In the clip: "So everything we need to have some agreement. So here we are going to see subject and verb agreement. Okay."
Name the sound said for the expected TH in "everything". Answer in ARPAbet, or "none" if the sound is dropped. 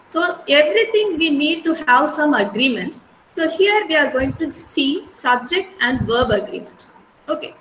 T